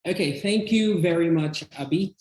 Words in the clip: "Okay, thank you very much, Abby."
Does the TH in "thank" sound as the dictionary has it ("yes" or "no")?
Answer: yes